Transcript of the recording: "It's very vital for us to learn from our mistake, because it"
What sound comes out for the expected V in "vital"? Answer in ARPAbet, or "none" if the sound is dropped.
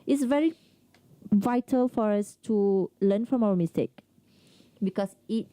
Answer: V